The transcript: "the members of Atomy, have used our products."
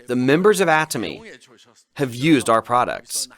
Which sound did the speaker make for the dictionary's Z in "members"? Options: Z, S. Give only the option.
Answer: Z